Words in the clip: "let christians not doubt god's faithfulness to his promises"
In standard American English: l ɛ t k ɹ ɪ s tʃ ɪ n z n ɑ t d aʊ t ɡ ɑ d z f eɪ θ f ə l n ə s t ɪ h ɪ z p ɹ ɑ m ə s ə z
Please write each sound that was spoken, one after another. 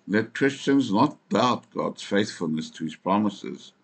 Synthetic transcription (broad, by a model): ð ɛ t k ɹ ɪ s tʃ ɪ n z n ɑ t d aʊ t ɡ ɑ d z f eɪ θ f ə l n ə s t ɪ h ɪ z p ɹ ɑ m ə s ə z